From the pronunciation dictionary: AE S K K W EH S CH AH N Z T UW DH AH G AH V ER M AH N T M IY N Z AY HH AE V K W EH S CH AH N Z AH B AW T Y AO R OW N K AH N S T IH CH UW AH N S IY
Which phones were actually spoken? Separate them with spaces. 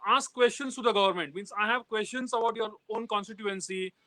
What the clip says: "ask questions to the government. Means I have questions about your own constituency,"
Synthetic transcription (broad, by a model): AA S K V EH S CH AH N S T UW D AH G AH V ER M AH N T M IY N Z AY HH AE V K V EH S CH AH N S AH B AW T Y AO R OW N K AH N S T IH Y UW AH N S IY